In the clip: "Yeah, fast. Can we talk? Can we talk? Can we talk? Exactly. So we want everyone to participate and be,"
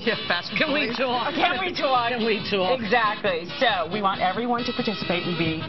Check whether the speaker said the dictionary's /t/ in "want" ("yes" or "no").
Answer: yes